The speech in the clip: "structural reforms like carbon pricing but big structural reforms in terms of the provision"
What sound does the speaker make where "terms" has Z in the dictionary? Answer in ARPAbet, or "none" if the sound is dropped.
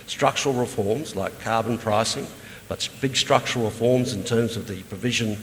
Z